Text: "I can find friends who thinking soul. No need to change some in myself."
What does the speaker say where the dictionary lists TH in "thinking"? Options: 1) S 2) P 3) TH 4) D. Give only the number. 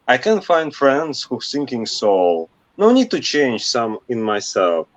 1